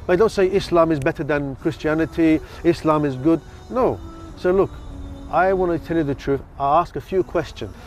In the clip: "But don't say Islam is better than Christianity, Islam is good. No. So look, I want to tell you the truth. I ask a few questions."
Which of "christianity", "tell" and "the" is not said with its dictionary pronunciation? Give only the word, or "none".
none